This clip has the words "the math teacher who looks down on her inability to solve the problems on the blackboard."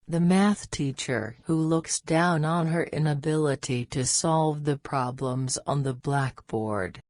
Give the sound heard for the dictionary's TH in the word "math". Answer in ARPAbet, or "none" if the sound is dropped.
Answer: TH